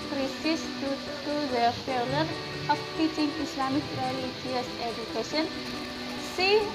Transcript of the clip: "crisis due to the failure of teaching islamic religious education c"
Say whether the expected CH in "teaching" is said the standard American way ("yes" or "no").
yes